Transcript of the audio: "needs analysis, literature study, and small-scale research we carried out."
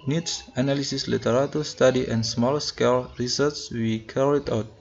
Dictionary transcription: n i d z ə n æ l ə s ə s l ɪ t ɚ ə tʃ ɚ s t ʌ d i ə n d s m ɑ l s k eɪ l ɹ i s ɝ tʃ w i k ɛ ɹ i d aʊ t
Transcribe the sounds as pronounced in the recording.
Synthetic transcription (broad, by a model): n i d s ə n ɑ l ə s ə s l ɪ t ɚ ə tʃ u s t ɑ d i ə n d s m ɑ l s k eɪ l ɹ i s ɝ s w i k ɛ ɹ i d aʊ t